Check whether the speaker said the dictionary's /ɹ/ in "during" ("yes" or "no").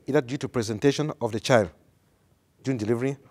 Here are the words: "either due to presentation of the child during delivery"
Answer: no